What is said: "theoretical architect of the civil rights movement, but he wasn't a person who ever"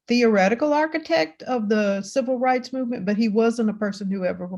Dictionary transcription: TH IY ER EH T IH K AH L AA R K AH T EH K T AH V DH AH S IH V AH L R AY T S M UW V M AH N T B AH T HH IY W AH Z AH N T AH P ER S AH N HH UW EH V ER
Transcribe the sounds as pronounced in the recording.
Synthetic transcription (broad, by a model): TH IY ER EH T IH K L AA R K AH T EH K T AH V DH AH S IH V L R AY T S M UW V M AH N B AH T HH IY W AH Z AH N T AH P ER S AH N HH UW EH V ER